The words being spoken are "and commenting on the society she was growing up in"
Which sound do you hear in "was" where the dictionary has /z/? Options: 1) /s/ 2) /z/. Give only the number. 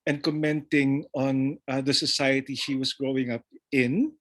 1